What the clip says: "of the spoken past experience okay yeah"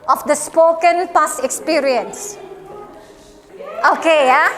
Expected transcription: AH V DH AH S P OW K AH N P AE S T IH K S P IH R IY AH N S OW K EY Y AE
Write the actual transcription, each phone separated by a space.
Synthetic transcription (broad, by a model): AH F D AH S P OW K AH N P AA S IH K S P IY R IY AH N S OW K EY Y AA